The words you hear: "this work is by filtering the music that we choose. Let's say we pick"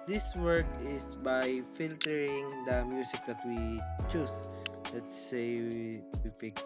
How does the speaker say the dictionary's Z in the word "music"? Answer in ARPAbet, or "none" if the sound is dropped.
S